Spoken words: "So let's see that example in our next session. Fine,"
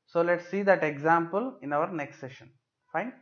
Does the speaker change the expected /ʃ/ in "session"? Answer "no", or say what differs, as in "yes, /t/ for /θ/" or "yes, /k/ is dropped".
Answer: no